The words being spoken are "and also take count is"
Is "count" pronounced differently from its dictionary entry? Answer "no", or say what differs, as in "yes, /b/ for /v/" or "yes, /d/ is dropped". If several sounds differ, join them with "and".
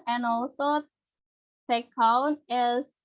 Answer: yes, /t/ is dropped